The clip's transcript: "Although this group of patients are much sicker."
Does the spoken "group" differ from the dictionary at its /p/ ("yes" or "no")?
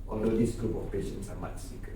no